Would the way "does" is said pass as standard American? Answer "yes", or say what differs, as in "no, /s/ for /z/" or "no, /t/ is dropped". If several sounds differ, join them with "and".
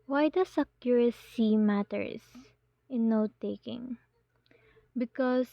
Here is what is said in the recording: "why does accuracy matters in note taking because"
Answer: no, /s/ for /z/